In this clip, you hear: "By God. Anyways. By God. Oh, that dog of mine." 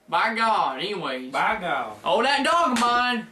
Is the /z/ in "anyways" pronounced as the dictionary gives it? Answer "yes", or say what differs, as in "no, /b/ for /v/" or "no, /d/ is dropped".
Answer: no, /z/ is dropped